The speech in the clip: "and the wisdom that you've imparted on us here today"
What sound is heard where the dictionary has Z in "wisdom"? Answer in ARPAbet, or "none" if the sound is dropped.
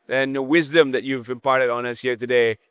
Z